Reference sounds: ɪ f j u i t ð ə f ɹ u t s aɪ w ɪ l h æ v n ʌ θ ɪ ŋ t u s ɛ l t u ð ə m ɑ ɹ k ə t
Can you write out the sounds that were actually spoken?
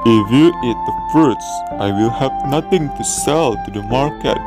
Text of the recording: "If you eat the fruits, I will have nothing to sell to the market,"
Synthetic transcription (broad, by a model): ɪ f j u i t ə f ʌ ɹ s aɪ w ɪ l h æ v n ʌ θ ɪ ŋ t u s ɛ l t u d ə m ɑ ɹ k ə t